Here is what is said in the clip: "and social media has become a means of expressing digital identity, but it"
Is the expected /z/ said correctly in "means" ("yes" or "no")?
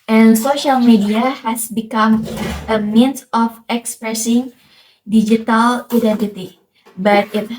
no